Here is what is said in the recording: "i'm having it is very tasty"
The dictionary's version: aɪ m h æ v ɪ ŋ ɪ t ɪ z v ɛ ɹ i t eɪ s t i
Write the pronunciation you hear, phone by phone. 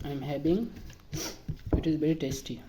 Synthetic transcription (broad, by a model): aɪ m h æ b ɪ ŋ ɪ t ɪ z v ɛ ɹ i t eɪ s t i